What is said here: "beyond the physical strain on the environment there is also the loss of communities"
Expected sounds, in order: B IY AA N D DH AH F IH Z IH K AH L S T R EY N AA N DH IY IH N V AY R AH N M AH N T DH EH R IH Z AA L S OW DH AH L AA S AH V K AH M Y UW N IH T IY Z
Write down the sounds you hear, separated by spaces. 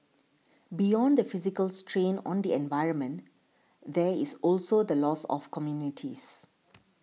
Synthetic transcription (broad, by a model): B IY AA N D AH F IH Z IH K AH L S T R EY N AA N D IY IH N V AY R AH N M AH N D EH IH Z AA L S OW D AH L AA S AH F K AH M Y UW N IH T IY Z